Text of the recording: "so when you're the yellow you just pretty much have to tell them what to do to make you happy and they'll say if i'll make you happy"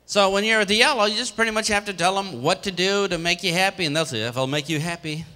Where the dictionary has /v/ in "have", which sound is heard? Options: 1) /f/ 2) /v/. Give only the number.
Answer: 1